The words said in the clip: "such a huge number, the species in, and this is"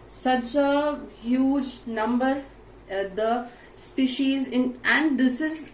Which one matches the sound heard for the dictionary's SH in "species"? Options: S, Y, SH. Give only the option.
SH